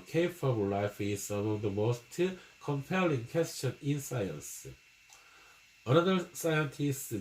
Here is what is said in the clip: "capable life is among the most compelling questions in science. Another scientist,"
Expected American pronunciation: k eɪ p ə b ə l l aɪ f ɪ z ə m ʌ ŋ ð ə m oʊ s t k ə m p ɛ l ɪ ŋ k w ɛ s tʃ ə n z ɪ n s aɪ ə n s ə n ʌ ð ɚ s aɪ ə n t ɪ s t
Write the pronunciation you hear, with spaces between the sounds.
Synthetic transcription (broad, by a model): k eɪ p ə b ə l l aɪ f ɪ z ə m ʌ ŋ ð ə m oʊ s t k ə m p ɛ l ɪ ŋ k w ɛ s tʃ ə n ɪ n s aɪ ə n s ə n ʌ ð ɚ s aɪ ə n t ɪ s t